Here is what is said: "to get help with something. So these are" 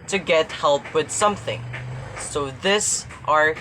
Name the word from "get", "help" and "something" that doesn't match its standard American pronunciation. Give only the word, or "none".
none